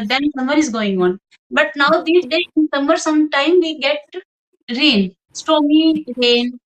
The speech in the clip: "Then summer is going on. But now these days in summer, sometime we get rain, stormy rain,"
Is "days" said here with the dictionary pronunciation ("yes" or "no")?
no